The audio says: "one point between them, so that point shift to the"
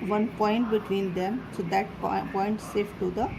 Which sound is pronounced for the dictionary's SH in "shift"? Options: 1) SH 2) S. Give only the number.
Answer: 2